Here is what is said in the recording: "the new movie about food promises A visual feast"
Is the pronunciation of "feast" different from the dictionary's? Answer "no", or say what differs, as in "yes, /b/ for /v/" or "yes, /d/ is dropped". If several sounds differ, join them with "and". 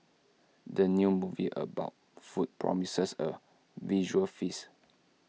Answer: yes, /t/ is dropped